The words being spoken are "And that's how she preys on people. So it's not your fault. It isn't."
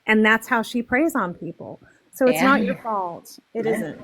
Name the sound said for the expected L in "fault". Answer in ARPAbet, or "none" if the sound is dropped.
L